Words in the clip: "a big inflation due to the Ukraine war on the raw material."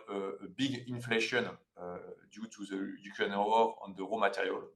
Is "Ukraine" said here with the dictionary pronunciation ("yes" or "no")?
no